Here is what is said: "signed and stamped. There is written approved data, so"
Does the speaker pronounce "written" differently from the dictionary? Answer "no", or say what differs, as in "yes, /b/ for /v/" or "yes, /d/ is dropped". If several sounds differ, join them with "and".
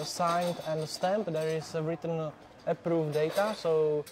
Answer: no